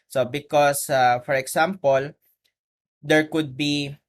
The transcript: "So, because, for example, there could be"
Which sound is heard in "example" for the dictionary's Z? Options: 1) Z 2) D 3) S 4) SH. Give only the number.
3